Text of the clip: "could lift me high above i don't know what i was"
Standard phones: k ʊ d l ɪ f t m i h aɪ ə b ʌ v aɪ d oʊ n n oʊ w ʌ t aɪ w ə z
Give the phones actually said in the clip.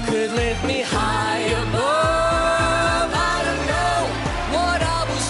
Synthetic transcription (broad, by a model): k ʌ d l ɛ t m i h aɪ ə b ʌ aɪ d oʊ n n oʊ w ʌ t aɪ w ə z